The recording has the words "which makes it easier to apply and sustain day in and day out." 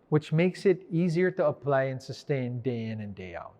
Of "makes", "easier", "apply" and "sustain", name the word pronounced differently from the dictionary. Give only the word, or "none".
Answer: none